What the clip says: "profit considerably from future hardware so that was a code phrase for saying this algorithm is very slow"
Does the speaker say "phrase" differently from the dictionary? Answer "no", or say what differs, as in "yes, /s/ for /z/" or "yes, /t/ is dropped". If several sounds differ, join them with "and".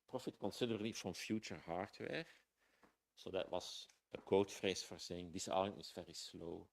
yes, /s/ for /z/